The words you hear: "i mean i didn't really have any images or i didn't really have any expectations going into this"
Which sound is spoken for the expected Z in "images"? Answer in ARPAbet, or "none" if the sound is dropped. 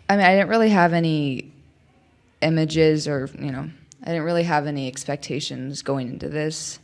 Z